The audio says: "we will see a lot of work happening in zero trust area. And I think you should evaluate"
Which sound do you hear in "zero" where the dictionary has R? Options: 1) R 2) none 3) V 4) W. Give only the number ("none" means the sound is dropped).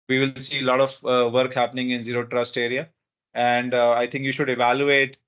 1